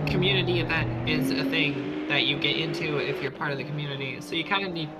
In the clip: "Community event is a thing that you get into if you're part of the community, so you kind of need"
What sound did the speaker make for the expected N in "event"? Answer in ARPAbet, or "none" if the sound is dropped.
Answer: none